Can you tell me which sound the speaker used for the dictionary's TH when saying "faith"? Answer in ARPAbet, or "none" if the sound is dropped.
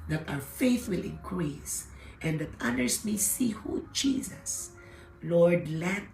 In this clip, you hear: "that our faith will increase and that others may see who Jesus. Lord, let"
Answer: TH